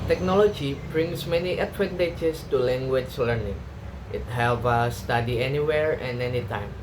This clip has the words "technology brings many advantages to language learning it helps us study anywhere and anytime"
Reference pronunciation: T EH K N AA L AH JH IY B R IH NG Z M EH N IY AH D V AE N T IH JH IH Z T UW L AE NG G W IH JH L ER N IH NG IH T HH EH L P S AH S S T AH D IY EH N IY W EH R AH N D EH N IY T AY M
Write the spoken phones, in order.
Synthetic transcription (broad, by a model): T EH K N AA L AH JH IY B R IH NG S M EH N IY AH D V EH N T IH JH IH S T UW L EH NG G W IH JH L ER N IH NG IH T HH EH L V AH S S T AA D IY EH N IY W EH R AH N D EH N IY T AY M